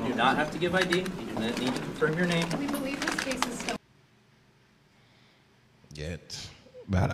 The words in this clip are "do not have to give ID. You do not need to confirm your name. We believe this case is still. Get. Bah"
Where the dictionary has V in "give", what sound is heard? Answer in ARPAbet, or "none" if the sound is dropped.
V